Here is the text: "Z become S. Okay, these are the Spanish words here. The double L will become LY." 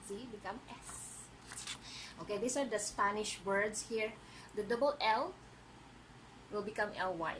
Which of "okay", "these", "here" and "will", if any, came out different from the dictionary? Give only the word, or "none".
these